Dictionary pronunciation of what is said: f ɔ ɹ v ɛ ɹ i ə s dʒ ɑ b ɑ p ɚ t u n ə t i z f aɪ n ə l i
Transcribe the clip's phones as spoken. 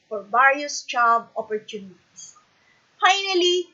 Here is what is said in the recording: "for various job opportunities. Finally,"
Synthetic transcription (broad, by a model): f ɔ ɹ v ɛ ɹ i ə s tʃ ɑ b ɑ p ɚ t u n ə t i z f aɪ n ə l i